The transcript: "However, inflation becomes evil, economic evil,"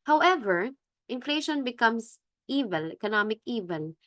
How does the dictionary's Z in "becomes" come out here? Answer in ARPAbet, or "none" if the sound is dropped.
S